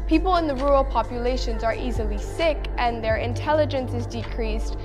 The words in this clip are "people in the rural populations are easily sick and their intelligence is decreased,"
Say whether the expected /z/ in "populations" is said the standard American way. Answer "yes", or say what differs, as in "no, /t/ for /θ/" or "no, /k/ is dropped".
yes